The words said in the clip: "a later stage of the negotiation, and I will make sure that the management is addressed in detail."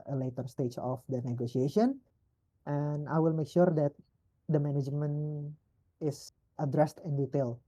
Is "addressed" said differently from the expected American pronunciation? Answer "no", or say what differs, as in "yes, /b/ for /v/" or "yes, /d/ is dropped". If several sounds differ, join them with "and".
no